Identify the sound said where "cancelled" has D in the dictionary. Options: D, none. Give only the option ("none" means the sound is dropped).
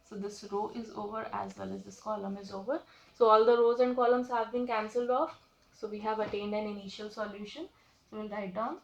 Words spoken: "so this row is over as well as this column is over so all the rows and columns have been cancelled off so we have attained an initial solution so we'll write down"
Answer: D